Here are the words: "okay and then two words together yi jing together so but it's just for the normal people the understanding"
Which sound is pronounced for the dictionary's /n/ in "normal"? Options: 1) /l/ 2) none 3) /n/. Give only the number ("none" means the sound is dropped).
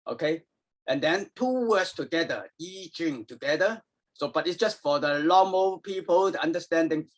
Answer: 1